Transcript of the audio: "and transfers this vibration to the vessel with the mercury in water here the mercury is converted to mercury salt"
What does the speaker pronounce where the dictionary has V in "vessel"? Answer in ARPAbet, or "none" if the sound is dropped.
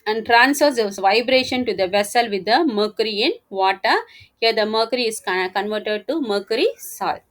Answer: V